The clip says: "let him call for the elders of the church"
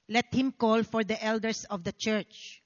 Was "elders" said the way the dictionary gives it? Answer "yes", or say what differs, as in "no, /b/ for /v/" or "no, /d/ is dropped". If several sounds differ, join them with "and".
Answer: no, /s/ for /z/